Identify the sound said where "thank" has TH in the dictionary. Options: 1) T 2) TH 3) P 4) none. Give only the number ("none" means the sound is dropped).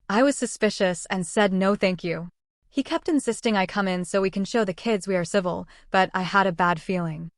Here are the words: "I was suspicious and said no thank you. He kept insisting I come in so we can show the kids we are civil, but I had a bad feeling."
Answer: 2